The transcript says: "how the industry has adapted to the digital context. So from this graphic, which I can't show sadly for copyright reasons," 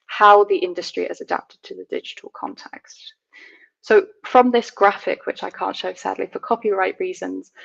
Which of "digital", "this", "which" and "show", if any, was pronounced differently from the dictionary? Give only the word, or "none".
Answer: none